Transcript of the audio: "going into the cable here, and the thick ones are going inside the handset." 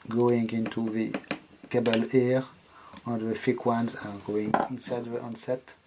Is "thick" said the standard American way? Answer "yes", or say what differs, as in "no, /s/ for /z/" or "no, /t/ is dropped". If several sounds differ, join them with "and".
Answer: no, /f/ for /θ/